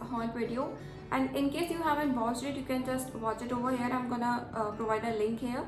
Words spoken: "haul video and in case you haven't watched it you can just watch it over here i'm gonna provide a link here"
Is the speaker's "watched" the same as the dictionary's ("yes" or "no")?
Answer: no